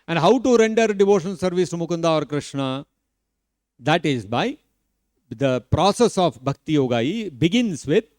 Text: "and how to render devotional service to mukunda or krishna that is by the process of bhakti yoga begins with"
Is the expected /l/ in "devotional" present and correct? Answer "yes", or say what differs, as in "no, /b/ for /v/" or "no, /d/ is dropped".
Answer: no, /n/ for /l/